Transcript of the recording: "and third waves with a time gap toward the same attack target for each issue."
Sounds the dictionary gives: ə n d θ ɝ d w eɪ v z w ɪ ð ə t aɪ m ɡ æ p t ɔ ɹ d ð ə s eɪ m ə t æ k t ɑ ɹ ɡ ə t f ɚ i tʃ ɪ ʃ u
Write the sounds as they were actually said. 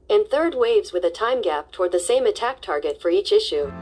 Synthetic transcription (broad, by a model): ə n θ ɝ d w eɪ v z w ɪ ð ə t aɪ m ɡ æ p t ɔ ɹ d ð ə s eɪ m ə t æ k t ɑ ɹ ɡ ə t f ɚ i tʃ ɪ ʃ u